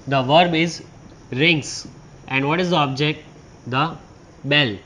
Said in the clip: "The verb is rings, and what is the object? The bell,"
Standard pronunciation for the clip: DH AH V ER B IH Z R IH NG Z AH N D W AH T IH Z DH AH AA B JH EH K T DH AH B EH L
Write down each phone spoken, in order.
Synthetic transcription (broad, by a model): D AH V ER B IH Z R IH NG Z AH N D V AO T IH Z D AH AA B JH EH K T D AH B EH L